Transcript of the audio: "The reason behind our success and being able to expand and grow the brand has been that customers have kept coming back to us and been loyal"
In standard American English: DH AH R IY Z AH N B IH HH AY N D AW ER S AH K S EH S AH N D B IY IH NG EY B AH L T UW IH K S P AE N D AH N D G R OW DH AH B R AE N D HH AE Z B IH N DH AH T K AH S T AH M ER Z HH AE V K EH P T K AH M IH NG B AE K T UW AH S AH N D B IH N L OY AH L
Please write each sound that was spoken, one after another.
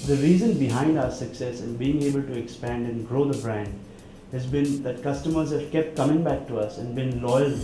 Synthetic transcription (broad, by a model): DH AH R IY Z AH N B IH HH AY N D AW ER S AH K S EH S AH N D B IY IH NG EY B AH L T UW IH K S P AE N D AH N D G R OW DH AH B R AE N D HH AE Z B IH N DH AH T K AH S T AH M ER Z HH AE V K EH P T K AH M IH NG B AE K T UW AH S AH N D B IH N L OY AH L